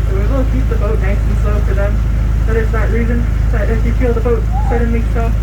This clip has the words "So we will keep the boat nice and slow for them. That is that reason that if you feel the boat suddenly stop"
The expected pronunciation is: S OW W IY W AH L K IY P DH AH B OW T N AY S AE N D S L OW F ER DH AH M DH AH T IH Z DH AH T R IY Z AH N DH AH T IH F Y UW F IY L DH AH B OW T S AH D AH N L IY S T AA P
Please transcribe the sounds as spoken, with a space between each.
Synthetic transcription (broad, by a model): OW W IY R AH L K IY P DH AH B OW T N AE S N S L OW F ER DH AH M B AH T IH S DH AH T R IY Z AH N DH AH T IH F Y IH F IY L DH AH B OW T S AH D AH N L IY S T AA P